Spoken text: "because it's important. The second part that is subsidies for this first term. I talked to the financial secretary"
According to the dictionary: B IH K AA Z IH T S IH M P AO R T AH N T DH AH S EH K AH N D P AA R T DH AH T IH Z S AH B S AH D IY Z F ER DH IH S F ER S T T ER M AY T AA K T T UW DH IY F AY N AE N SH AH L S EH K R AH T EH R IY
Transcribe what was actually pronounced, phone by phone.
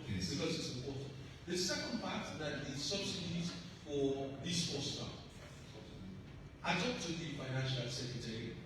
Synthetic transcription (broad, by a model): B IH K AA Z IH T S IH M P AO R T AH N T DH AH S EH K AH N D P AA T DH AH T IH S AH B S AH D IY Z F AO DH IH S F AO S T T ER AY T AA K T T UW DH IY F AY N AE N SH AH L S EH K R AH T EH R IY